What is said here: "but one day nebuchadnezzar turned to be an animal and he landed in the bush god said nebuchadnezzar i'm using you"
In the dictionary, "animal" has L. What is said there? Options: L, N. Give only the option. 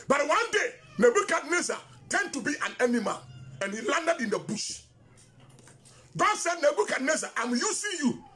N